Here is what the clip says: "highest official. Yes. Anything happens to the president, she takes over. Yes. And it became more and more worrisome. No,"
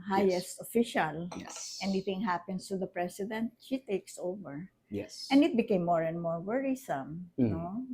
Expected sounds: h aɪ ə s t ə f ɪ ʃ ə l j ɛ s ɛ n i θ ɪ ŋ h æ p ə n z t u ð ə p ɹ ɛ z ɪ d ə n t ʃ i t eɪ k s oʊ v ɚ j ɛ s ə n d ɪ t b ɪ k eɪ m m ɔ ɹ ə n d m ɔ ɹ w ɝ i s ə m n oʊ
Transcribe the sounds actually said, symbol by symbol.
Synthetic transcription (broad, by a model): h aɪ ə s t ə f ɪ ʃ ə l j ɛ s ɛ n i θ ɪ ŋ h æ p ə n s t u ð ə p ɹ ɛ s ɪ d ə n t ʃ i t eɪ k s oʊ v ɚ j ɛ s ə n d ɪ t b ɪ k eɪ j m ɔ ɹ ə n d m ɔ ɹ w ɝ i s ə m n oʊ